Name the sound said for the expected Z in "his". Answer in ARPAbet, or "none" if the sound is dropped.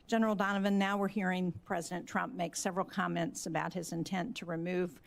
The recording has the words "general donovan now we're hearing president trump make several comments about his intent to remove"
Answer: Z